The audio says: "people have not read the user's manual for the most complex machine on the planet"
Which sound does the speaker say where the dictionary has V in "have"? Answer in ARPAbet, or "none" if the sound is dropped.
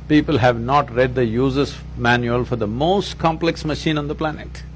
V